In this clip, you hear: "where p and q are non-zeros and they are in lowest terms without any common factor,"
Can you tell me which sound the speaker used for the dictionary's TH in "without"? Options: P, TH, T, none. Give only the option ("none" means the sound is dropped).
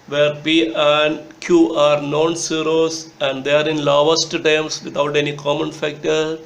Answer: T